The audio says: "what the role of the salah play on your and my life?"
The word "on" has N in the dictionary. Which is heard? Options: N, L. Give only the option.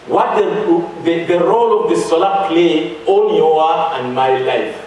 L